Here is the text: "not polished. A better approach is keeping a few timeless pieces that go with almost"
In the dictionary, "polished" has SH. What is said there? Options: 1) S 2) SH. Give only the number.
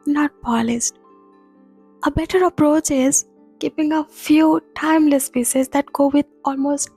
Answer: 1